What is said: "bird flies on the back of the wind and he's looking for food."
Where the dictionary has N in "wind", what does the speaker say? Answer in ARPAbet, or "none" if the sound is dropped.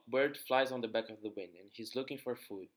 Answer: N